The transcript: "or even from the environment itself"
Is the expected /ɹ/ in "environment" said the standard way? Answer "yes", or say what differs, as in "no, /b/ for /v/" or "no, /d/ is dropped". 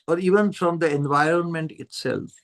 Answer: yes